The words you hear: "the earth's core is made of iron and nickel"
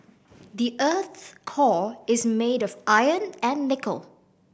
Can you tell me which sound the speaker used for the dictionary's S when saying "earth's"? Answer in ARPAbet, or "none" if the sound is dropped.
none